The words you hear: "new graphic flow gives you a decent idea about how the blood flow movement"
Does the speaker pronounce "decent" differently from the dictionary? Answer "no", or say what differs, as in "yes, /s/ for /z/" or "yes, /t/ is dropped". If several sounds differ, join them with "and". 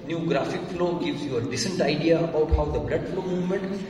no